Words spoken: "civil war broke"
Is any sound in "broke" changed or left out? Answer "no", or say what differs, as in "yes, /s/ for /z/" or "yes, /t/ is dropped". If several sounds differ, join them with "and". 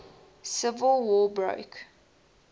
no